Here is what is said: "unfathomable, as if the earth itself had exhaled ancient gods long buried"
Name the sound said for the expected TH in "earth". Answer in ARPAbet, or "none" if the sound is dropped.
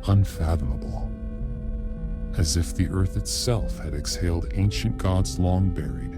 TH